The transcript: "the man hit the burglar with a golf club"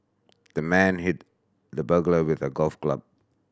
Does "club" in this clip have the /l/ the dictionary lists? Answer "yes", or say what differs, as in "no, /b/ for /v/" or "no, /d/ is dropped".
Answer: yes